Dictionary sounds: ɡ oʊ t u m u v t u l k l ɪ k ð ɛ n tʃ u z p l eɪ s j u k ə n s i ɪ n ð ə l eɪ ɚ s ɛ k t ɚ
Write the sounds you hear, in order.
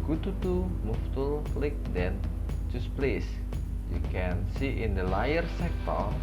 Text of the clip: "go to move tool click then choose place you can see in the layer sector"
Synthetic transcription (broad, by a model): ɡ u t u m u f t u l k l ɪ k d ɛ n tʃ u s p l eɪ s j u k ə n s i ɪ n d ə l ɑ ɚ s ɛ k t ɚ